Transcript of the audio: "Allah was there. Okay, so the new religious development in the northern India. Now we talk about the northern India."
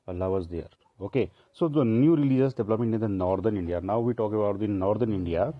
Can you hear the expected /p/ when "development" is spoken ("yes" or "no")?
no